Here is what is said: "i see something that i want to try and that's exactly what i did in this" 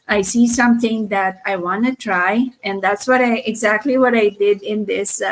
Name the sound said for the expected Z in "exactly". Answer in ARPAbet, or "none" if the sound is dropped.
Z